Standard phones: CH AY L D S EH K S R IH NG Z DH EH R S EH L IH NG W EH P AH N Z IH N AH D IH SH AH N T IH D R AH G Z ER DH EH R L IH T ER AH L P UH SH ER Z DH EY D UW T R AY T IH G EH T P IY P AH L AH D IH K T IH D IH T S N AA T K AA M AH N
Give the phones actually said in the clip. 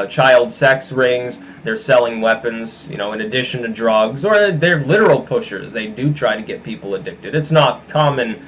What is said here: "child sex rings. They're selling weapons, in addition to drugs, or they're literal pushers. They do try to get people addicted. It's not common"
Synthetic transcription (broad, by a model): CH AY L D S EH K S R IH NG Z DH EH R S EH L IH NG W EH P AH N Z IH N AH D IH SH AH N T IH D R AH G Z ER DH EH R L IH T ER L P UH SH ER Z DH EY D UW T R AY T IH G EH T P IY P L AH D IH K T IH D IH T S N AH T K AA M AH N